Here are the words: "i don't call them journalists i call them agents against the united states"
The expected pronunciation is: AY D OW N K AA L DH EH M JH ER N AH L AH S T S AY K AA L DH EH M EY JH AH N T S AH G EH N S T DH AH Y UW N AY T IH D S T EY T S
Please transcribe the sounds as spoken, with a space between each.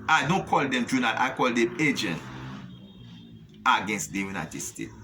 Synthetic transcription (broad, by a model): AY D OW N K AA L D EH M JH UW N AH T AY K AA L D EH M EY JH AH N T AH G EH N S T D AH Y UW N AY T IH D S T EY T